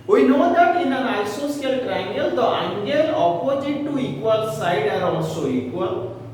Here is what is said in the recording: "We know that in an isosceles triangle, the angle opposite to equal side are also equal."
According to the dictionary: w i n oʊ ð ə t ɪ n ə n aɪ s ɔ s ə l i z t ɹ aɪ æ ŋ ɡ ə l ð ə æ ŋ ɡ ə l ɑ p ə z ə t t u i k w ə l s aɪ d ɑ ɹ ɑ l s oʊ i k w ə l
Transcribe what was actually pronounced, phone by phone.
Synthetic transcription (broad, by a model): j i n oʊ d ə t ɪ n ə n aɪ s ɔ s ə ʌ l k ɹ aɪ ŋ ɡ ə l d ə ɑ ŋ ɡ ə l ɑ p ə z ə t t u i k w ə l s aɪ d ɑ ɹ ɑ s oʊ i k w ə l